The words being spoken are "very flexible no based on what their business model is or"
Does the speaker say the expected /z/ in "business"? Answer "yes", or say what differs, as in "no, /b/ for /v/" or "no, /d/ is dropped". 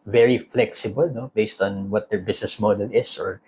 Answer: no, /s/ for /z/